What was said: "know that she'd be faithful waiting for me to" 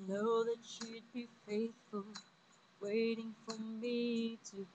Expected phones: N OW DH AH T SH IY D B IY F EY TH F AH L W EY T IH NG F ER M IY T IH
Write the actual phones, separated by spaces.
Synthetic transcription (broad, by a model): N OW DH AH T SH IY D B IY F EY TH F AH L W EY T IH NG F ER M IY T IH